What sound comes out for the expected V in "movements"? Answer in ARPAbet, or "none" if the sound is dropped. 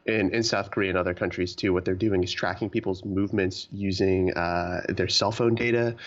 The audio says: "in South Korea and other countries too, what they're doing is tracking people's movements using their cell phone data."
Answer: V